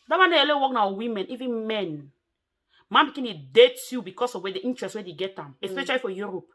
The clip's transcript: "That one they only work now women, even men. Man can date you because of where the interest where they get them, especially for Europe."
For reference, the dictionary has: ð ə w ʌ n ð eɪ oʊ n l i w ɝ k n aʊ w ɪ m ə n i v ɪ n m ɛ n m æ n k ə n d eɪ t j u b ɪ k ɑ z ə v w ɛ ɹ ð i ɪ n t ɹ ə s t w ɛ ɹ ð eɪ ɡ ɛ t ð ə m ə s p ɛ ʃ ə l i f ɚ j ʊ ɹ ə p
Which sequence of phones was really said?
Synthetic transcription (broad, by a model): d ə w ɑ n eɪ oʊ l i w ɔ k n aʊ w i m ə n i v ɪ n m ɛ n m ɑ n k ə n d eɪ t j u b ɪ k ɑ s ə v w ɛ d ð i n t ɹ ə s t w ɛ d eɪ ɡ ɛ t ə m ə s p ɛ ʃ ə l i f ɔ j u ɹ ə p